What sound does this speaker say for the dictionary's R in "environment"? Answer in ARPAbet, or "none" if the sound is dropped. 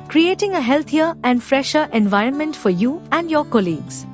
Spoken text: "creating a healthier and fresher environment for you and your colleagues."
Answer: R